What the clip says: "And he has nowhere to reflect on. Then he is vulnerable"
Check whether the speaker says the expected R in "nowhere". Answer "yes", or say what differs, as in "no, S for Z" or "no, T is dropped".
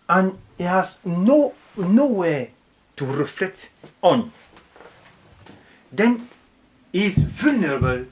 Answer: no, W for R